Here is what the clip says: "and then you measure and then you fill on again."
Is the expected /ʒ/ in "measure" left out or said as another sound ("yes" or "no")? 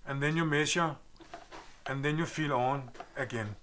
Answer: yes